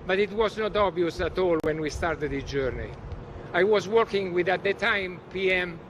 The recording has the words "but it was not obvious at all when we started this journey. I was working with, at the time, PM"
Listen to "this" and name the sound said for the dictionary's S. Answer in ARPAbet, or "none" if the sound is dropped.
none